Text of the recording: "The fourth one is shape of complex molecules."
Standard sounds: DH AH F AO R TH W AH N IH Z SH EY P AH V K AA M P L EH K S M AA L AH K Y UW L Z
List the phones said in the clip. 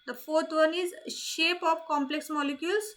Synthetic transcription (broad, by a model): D AH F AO R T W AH N IH Z SH EY P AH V K AA M P L EH K S M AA L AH K Y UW L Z